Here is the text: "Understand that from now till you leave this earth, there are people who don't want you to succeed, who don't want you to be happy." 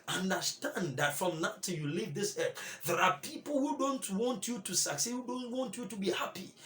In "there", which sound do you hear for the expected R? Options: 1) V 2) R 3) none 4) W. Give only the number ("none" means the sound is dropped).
2